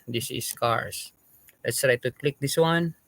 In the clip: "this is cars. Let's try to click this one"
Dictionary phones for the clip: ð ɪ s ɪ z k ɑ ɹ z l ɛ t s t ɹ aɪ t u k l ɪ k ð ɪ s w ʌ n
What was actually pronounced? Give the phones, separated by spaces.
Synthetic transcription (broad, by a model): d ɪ s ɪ s k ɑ ɹ s l ɛ t s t ɹ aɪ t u k l ɪ k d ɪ s w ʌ n